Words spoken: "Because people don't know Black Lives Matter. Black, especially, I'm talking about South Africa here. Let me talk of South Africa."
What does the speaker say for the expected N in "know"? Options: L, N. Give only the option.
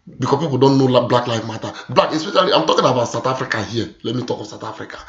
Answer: L